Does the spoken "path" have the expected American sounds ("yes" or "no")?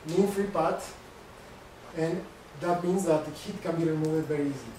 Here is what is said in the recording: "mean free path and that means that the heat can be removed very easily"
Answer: no